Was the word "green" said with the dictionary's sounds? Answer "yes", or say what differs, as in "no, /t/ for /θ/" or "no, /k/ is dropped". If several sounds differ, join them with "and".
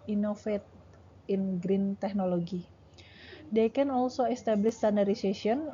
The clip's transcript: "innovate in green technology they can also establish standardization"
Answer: yes